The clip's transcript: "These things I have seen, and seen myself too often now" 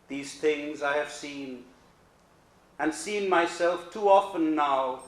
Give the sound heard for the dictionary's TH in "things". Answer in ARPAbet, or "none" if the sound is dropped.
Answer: TH